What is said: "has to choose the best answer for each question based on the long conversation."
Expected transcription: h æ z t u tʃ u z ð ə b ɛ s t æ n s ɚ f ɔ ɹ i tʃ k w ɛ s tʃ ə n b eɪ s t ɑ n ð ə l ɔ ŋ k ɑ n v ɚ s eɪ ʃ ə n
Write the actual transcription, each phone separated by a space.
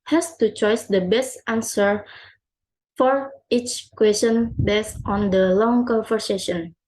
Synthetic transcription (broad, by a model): h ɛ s t u tʃ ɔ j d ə b ɛ s t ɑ n s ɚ f ɔ ɹ i tʃ k w ɛ s tʃ ə n b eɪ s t ɑ n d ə l ɔ ŋ k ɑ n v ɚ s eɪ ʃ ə n